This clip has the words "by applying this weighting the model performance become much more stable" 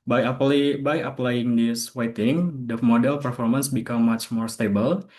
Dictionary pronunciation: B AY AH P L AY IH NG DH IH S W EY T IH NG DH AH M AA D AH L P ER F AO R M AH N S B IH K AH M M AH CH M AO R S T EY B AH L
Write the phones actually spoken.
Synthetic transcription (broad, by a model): B AY AH P L AY IH NG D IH S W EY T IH NG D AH M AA D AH L P ER F AO R M AH N S B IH K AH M M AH CH M AO R S T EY B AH L